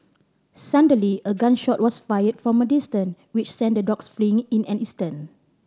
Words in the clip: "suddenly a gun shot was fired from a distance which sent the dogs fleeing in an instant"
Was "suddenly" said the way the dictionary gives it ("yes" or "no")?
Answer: no